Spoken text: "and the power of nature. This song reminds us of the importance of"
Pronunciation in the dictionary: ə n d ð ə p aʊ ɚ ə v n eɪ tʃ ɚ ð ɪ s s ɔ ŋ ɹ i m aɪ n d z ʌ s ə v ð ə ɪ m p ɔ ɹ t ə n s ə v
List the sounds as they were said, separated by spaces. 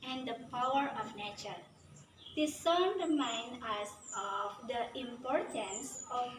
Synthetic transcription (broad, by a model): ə n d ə p aʊ ɚ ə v n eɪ tʃ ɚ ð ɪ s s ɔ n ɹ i m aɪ n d ʌ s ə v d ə ɪ m p ɔ ɹ t ə n s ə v